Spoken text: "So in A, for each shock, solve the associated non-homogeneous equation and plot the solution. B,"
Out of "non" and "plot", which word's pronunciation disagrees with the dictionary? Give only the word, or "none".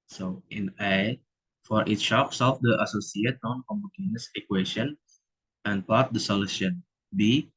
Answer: plot